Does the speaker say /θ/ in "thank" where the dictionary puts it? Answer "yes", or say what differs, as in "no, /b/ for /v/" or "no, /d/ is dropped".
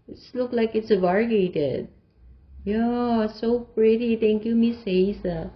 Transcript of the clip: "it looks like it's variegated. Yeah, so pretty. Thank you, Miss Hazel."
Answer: no, /t/ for /θ/